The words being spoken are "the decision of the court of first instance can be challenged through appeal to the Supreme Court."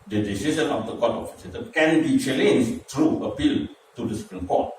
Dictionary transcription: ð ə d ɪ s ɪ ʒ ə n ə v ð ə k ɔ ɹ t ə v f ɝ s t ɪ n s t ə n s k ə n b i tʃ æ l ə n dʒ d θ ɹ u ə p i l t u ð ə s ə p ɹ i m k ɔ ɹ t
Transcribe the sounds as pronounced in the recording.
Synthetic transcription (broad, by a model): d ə d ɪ s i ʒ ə n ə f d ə k ɔ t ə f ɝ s ɛ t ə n k ə n b i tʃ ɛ l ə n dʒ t ɹ u ə p i l t u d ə s ə p ɹ i m k ɔ t